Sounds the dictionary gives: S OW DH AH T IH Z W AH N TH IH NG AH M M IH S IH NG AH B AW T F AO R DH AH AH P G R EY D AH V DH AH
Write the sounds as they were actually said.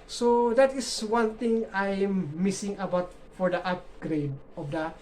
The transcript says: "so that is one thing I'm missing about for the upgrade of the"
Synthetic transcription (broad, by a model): S OW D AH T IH S W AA N T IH NG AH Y M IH S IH NG AH B AW T F AO R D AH AH P G R EY D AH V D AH